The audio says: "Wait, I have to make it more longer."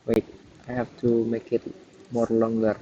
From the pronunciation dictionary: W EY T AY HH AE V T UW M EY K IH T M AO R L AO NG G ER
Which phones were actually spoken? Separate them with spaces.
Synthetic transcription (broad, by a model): W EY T AY HH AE F T UW M EY K IH T M AO R L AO NG G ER